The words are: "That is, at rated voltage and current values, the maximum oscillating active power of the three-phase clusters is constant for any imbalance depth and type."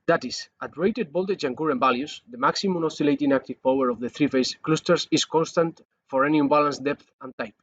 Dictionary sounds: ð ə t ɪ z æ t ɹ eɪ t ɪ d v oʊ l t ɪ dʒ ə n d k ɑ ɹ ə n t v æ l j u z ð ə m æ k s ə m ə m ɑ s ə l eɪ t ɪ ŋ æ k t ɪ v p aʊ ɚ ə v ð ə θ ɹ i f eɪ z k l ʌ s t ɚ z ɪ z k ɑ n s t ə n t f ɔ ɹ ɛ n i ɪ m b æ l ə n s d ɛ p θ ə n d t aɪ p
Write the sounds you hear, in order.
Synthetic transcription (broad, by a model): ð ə t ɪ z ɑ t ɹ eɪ t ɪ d b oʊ l t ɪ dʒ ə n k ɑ ɹ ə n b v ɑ l j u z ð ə m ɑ k s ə m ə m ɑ s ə l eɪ t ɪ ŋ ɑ k t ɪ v p aʊ ɚ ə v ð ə θ ɹ i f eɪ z k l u s t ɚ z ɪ s k ɑ n s t ə n t f ɔ ɹ ɛ n i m b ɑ l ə n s d ɛ p θ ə n t aɪ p